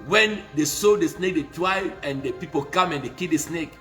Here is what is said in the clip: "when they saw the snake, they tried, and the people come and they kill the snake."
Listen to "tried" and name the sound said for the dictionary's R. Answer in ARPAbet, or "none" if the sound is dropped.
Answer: W